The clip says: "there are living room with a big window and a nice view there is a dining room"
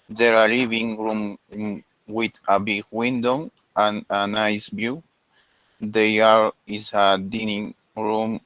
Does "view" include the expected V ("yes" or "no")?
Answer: no